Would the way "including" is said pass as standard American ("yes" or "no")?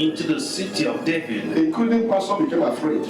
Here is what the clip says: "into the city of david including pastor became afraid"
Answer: no